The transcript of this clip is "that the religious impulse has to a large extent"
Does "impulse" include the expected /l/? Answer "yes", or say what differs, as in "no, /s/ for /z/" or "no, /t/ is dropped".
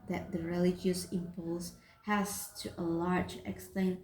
yes